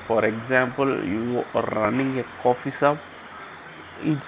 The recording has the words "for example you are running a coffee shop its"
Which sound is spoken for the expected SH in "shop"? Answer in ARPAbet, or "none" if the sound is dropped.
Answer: S